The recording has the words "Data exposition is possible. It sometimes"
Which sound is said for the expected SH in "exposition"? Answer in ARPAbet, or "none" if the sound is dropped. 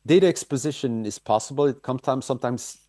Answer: SH